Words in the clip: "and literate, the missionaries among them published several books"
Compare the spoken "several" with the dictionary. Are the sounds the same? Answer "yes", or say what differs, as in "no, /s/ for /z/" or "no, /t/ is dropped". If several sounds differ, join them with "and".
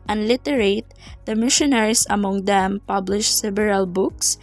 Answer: no, /b/ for /v/